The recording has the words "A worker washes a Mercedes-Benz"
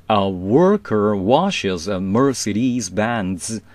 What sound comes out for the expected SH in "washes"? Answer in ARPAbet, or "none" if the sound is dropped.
SH